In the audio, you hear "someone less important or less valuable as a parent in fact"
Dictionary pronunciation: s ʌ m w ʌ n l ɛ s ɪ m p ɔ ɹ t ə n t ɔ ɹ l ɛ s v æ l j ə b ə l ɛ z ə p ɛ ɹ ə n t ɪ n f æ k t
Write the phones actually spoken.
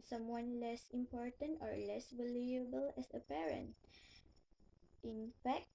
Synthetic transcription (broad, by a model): s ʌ m w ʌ n l ɛ s ɪ m p ɔ ɹ t ə n t ɔ ɹ l ɛ s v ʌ l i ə b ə l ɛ s ə p ɛ ɹ ə n t ɪ n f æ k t